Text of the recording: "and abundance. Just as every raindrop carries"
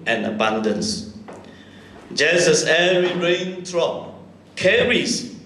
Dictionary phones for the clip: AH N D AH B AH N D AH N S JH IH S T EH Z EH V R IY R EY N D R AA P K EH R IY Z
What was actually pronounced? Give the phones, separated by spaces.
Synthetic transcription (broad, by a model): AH N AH B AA N D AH N S JH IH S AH S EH R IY R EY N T R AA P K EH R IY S